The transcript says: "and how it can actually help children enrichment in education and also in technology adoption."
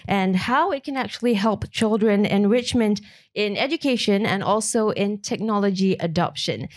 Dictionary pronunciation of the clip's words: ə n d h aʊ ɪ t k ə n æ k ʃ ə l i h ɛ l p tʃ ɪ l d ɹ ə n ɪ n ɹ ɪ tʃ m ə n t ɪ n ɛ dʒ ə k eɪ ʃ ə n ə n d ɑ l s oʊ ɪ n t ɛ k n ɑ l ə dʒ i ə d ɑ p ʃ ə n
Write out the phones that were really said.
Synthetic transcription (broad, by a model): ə n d h aʊ ɪ t k ə n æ k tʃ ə l i h ɛ l p tʃ ɪ l d ɹ ə n ɪ n ɹ ɪ tʃ m ə n t ɪ n ɛ dʒ ə k eɪ ʃ ə n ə n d ɑ l s oʊ ɪ n t ɛ k n ɑ l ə dʒ i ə d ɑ p ʃ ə n